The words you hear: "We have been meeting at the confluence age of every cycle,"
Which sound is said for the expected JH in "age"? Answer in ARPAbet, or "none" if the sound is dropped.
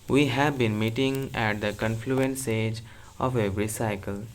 JH